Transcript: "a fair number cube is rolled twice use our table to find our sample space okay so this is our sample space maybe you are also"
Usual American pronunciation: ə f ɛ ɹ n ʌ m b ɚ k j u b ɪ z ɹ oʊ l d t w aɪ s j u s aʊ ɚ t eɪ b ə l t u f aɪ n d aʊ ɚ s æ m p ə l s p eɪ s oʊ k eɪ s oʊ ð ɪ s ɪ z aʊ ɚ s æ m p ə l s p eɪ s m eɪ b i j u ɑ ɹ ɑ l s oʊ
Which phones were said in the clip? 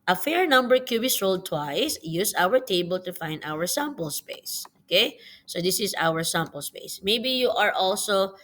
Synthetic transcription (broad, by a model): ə f ɛ ɹ n ʌ m b ɚ k j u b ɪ s ɹ oʊ l d t w aɪ s j u s aʊ ɚ t eɪ b ə l t u f aɪ n d aʊ ɚ s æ m p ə l s p eɪ s oʊ k eɪ s oʊ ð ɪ s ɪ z aʊ ɚ s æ m p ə l s p eɪ s m eɪ b i j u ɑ ɹ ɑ l s oʊ